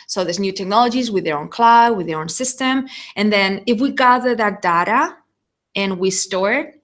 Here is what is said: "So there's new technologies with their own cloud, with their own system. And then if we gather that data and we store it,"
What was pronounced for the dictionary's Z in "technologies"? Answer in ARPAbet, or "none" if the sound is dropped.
Z